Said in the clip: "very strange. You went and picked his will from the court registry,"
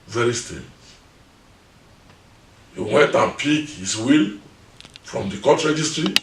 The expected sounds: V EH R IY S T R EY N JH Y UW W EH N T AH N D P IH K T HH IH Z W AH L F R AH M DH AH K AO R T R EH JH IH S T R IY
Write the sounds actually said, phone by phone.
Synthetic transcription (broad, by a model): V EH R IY S T EY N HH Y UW W EH N T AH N P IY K HH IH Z W AH L F R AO M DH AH K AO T R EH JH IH S T R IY